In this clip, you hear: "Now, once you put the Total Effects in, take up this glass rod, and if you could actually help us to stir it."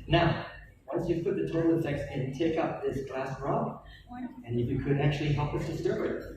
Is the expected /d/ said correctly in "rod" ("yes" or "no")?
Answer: no